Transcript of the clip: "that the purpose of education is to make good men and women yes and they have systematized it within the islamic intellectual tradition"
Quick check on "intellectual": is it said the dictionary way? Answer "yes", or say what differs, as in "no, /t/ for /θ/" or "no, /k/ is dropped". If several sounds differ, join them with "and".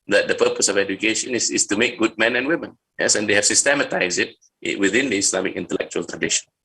yes